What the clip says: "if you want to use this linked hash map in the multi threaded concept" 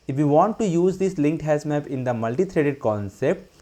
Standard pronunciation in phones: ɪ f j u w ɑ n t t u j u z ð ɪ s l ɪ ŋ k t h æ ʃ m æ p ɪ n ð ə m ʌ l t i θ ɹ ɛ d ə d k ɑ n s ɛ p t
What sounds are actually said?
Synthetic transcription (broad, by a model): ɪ f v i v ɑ n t t u j u z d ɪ s l ɪ ŋ k t h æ s m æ p ɪ n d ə m ʌ l t i t ɹ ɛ d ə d k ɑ n s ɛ p t